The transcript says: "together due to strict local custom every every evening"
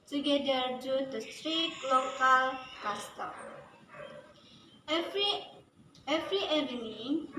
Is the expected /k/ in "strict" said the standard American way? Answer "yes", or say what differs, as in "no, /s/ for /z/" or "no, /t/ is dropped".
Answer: no, /k/ is dropped